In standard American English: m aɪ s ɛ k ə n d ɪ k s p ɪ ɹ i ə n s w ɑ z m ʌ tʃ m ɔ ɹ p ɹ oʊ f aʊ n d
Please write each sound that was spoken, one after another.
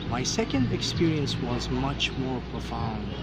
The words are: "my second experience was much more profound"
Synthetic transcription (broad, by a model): m aɪ s ɛ k ə n d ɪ k s p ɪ ɹ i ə n s w ɑ z m ʌ tʃ m ɔ ɹ p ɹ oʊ f aʊ n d